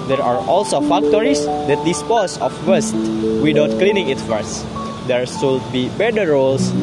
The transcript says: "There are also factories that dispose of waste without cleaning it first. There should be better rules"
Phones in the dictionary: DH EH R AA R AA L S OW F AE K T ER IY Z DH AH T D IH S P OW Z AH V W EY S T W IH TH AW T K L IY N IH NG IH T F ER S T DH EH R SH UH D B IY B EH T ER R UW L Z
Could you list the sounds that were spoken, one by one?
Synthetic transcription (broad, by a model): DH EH R AA R AA L S OW F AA K T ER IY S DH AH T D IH S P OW S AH F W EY S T W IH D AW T K L IY N IH NG IH T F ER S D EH R S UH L B IY B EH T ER R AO L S